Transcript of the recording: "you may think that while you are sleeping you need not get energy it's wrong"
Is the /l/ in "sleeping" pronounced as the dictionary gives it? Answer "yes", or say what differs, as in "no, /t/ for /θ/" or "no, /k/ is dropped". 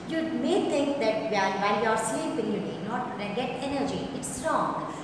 no, /l/ is dropped